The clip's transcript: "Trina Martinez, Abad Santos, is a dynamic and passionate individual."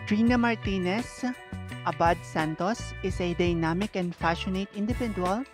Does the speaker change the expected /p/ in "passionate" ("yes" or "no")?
yes